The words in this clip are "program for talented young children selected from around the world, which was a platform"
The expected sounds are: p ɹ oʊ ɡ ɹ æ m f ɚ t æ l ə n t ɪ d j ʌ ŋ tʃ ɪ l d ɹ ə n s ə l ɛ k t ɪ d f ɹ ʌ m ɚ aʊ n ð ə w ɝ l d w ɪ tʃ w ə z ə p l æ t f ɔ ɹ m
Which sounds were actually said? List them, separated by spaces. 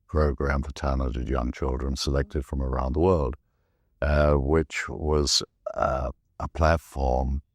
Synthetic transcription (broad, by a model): p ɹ oʊ ɡ ɹ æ m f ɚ t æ n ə t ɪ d j ʌ ŋ tʃ ɪ l d ɹ ə n s ə l ɛ k t ɪ d f ɹ ʌ m ɚ aʊ n ð ə w ɝ l d w ɪ tʃ w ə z ə p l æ t f ɔ ɹ m